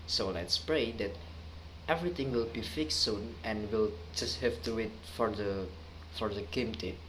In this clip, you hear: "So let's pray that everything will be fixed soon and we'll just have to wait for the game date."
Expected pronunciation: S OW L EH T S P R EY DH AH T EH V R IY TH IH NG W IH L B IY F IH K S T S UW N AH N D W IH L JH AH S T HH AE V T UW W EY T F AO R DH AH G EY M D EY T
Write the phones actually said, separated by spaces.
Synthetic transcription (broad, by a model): S OW L EH T S P R EY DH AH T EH V R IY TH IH NG W IH L B IY F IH K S S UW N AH N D W IH L JH AH S T HH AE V T UW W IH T F AO R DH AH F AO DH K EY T